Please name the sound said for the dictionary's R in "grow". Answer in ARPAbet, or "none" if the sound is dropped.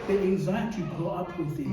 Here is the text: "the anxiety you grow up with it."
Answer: none